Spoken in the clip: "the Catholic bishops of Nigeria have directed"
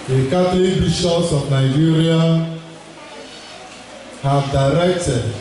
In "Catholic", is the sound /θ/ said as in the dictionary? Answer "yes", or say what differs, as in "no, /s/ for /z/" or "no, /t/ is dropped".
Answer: no, /t/ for /θ/